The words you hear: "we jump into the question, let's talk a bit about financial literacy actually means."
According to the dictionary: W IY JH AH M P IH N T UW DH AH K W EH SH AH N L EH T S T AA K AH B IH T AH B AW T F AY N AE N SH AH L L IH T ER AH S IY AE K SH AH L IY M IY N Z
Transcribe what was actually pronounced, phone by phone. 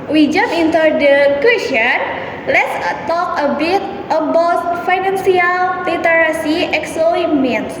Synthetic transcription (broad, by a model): W IY JH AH M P IH N T UW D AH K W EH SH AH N L EH T S T AA K AH B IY T AH B AW T F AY N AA N S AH L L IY T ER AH S IY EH K S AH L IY M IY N